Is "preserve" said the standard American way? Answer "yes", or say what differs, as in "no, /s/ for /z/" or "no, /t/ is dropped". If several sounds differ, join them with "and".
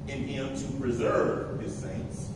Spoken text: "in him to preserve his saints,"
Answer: yes